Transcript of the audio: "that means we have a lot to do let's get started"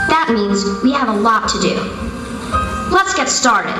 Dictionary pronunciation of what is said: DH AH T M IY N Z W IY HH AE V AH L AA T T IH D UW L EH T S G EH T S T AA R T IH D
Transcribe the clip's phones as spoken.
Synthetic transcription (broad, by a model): DH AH T M IY N Z W IY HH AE V AH L AA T T IH D UW L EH T S G EH T S T AA R T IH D